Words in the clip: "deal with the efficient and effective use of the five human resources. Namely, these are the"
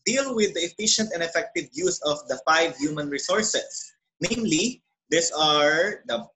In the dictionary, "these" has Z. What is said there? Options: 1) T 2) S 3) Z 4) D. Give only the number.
2